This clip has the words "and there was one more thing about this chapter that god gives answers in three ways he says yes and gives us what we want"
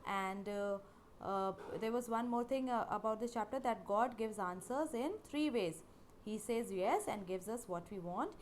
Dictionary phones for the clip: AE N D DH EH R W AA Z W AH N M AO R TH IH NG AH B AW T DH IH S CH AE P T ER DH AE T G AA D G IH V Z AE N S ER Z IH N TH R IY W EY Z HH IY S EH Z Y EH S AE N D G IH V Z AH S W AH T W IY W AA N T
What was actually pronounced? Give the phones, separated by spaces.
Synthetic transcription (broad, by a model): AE N D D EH R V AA Z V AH N M AO R T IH NG AH B AW T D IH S CH AE P T ER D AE T G AA D G IH V Z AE N S ER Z IH N T R IY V EY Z HH IY S EH Z Y EH S AE N D G IH V Z AH S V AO T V IY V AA N T